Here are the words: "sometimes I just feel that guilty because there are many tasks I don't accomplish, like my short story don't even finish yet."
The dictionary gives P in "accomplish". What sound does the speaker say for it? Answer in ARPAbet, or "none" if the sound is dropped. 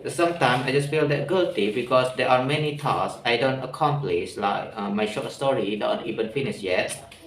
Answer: P